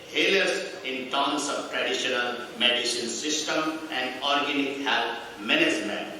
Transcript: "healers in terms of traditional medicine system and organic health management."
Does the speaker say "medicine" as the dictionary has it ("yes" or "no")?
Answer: no